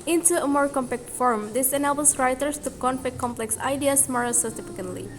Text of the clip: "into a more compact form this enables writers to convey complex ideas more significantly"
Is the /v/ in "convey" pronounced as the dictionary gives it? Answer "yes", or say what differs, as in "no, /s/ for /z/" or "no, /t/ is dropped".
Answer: no, /p/ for /v/